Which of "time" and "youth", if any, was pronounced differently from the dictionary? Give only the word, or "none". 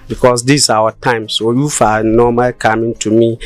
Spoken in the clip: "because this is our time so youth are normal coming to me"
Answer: youth